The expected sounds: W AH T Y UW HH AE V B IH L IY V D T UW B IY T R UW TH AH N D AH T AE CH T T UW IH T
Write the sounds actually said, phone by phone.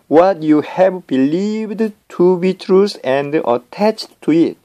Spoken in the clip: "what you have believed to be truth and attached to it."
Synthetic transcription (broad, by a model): W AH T Y UW HH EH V B IH L IY V D T UW B IY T R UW S AH N D AH T AE CH T T UW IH T